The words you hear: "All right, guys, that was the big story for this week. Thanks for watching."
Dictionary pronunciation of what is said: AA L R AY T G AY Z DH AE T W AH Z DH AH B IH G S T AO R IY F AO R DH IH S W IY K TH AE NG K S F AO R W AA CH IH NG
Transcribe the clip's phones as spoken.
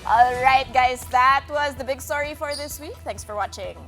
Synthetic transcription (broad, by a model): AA L R AY T G AY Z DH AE T W AH Z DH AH B IH G S T AO R IY F AO R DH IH S W IY K T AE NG K S F AO R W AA CH IH NG